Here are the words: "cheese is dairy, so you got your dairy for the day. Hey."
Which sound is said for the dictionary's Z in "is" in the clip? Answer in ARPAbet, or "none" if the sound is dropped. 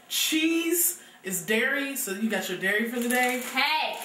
Z